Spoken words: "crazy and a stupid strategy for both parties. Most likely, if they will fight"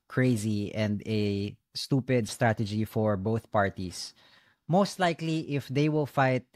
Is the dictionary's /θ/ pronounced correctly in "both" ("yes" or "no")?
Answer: yes